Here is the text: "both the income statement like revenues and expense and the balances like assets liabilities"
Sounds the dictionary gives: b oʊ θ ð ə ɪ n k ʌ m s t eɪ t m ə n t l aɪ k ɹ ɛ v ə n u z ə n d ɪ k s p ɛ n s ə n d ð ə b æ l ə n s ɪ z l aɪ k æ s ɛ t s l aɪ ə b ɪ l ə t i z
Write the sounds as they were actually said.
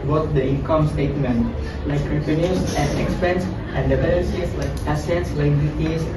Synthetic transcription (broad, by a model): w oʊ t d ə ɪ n k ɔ m s t eɪ t m ə n t l aɪ k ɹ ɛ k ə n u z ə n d ɪ k s p ɛ n s ə n d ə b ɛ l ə s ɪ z l aɪ k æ s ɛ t s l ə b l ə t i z